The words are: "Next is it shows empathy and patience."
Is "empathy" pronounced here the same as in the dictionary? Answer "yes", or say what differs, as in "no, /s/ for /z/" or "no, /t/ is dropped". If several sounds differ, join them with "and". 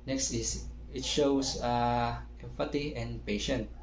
no, /f/ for /p/ and /t/ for /θ/